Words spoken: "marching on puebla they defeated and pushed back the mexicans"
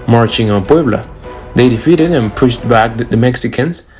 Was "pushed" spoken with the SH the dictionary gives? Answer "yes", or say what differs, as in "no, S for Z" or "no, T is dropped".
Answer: yes